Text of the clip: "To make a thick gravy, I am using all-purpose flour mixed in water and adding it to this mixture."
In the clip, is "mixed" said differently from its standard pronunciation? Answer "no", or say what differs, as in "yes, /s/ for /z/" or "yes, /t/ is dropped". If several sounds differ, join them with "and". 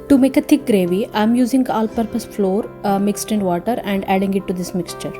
no